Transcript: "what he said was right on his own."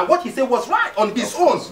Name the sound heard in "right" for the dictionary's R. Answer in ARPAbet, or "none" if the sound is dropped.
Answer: R